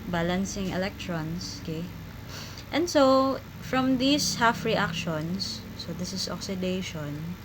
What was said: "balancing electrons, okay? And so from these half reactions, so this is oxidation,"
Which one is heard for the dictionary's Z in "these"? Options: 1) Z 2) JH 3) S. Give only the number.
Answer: 3